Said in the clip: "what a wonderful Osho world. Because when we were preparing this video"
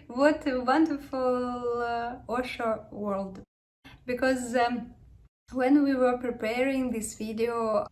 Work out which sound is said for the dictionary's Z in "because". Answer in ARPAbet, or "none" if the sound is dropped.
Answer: Z